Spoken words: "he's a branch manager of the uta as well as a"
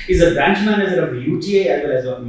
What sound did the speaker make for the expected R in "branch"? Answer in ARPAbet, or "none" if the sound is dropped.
R